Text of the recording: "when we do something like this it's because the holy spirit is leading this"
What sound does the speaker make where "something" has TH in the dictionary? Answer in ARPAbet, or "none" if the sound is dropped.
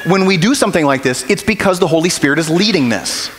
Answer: TH